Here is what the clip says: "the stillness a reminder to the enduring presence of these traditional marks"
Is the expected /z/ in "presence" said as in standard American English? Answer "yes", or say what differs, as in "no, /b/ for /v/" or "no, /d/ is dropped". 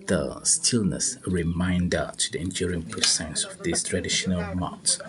no, /s/ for /z/